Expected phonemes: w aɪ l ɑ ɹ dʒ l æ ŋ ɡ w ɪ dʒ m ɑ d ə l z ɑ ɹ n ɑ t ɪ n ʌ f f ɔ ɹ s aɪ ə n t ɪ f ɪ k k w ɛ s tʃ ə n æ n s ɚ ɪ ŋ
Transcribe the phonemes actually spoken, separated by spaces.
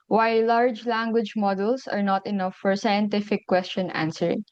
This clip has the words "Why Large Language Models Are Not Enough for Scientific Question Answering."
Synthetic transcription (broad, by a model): w aɪ l ɑ ɹ dʒ l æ ŋ ɡ w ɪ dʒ m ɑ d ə l s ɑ ɹ n ɑ t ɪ n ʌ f f ɔ ɹ s aɪ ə n t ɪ f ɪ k k w ɛ s tʃ ə n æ n s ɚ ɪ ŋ